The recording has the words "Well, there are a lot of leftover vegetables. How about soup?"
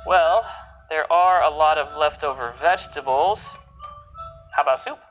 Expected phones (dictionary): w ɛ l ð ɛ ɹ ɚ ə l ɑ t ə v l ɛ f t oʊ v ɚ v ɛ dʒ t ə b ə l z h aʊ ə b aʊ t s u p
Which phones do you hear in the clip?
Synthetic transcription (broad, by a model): w ɛ l ð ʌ ɹ ɚ ə l ɑ t ə v l ɛ f t oʊ v ɚ v ɛ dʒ t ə b l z h aʊ ə b aʊ t s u p